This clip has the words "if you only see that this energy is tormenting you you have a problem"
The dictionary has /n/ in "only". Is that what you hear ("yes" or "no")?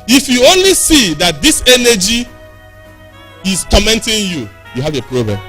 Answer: yes